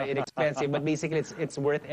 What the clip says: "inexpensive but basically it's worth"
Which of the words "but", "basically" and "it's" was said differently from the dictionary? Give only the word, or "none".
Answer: basically